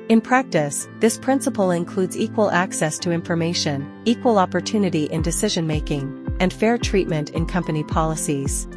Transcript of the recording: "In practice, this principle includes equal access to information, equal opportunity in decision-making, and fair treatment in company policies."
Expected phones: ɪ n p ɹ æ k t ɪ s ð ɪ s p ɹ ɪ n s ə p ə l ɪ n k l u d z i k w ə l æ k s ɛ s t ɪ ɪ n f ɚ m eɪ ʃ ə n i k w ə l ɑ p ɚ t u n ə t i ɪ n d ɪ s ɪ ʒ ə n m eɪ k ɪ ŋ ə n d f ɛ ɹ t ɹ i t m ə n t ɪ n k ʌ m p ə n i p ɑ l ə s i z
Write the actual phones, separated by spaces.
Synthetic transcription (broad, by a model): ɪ n p ɹ æ k t ɪ s ð ɪ s p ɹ ɪ n s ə p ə l ɪ n k l u d z i k w ə l æ k s ɛ s t ɪ ɪ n f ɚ m eɪ ʃ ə n i k w ə l ɑ p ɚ t u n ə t i ɪ n d ɪ s ɪ ʒ ə n m eɪ k ɪ ŋ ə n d f ɛ ɹ t ɹ i t m ə n t ɪ n k ʌ m p ə n i p ɑ l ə s i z